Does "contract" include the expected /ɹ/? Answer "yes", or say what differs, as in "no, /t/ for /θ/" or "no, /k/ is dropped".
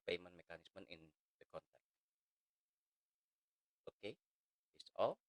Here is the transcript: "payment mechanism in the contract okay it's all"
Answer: no, /ɹ/ is dropped